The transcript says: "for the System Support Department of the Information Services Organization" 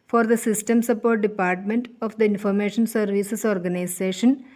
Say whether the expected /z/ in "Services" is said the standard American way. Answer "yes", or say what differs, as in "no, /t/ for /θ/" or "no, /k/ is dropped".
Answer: no, /s/ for /z/